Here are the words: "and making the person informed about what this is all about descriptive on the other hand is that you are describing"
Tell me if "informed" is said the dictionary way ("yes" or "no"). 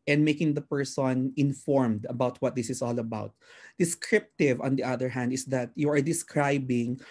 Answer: yes